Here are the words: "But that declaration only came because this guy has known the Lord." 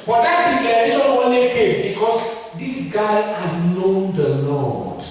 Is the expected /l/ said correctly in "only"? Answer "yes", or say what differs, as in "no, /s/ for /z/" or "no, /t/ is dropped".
no, /l/ is dropped